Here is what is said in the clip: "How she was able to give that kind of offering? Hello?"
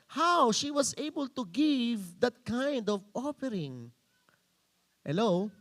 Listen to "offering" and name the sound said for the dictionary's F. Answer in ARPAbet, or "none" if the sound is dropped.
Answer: P